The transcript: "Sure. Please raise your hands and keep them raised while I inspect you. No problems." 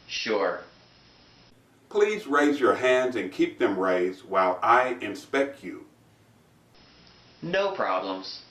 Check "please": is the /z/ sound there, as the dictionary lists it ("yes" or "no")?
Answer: yes